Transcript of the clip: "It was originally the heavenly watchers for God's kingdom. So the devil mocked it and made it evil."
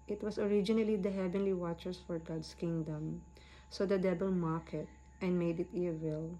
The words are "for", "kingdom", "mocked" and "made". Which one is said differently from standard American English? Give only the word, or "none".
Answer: mocked